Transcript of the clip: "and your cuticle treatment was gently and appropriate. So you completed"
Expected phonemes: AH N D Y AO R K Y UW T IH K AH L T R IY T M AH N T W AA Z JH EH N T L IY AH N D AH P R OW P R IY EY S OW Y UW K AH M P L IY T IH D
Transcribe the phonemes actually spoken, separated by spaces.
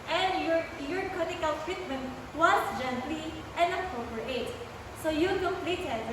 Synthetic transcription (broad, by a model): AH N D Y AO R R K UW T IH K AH L T R IY T M AH N T W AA S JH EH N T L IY AH N D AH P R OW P R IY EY S OW Y UW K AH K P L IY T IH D